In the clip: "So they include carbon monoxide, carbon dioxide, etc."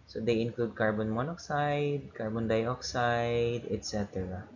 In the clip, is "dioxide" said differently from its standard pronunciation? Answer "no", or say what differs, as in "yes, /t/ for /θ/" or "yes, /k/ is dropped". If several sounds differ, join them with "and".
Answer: no